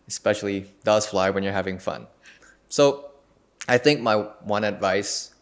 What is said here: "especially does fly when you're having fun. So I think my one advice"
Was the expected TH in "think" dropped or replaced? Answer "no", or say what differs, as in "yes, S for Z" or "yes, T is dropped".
no